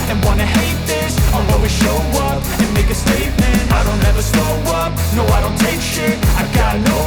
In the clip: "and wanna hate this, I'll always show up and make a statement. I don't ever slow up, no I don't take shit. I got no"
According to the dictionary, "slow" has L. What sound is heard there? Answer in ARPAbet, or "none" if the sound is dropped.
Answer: none